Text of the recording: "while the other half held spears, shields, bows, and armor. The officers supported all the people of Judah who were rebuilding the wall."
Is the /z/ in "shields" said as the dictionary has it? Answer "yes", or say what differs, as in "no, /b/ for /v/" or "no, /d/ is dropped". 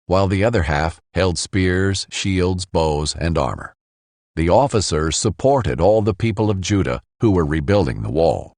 yes